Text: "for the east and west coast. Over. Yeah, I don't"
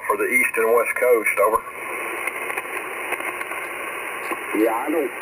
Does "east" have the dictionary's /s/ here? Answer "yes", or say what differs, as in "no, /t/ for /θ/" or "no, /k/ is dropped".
yes